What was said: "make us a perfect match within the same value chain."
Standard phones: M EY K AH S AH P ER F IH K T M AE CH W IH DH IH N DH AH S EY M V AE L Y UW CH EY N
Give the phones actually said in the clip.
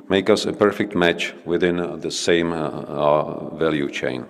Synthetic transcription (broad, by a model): M EY K AH S AH P ER F IH K T M AE CH W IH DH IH N DH AH S EY M V AE L Y UW CH EY N